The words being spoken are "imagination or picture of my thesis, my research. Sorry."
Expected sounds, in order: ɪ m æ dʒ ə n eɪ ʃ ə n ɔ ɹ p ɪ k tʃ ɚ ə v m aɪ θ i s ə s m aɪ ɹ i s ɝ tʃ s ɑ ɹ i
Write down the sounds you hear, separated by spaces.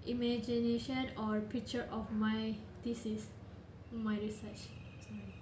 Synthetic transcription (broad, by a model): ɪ m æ dʒ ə n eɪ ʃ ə n ɔ ɹ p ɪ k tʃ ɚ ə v m aɪ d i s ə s m aɪ ɹ i s ɝ tʃ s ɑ